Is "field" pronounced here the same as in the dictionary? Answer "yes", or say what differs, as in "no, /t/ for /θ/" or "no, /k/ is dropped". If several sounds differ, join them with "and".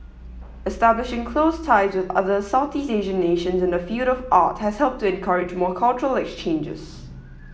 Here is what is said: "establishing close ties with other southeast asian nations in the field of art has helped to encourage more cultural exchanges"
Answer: yes